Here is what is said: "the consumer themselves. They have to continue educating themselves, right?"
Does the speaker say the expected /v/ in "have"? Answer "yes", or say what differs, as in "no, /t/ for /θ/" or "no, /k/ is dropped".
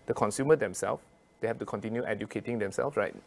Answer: no, /f/ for /v/